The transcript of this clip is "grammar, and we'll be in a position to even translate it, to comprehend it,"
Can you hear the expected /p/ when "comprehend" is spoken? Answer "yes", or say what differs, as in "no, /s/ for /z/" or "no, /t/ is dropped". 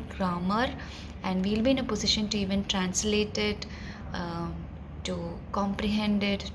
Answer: yes